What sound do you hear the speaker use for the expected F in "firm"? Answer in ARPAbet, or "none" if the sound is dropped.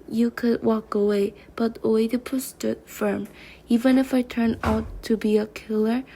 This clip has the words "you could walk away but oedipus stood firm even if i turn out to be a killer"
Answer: F